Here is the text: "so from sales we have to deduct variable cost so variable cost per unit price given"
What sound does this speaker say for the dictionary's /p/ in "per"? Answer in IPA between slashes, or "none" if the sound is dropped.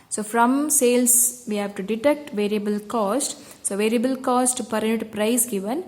/p/